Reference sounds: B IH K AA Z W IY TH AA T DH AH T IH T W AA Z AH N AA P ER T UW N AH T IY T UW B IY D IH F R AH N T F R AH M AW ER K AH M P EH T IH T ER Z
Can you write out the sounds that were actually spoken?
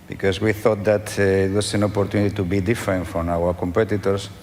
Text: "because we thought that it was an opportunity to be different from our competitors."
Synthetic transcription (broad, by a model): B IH K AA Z W IY TH AA T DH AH T IH T W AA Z AH N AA P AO T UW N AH T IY T UW B IY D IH F R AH N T F R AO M AW ER K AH M P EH T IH T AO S